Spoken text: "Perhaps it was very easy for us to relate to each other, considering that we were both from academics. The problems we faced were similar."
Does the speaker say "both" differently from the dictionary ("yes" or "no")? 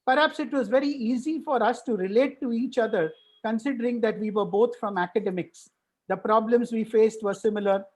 yes